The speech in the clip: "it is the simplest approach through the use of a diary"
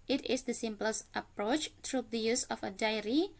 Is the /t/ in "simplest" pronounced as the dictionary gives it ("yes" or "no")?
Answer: yes